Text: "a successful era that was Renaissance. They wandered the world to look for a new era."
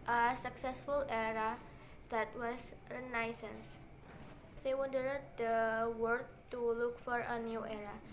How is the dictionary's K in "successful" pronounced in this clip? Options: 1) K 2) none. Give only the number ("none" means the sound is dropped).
1